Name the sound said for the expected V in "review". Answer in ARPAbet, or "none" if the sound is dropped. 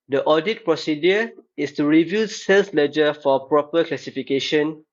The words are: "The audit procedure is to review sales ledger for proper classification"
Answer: V